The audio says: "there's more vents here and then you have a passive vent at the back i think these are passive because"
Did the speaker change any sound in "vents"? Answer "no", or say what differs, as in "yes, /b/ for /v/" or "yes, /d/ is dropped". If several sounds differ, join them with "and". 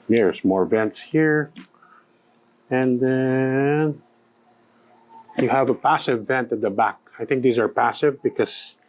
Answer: no